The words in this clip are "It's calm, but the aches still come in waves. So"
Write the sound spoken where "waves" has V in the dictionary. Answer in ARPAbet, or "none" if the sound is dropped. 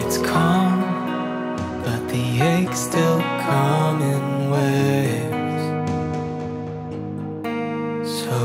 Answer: none